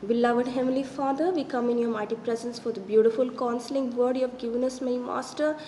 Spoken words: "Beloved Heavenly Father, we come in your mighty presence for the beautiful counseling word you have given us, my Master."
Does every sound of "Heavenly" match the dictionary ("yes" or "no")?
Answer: no